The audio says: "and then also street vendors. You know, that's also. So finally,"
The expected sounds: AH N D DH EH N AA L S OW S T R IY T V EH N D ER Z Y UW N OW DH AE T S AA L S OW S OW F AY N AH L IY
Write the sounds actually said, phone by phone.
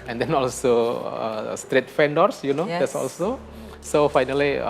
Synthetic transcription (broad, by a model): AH N D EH N AA L S OW S T R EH T F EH N D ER S Y UW N OW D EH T S AA L S OW S OW F AY N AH L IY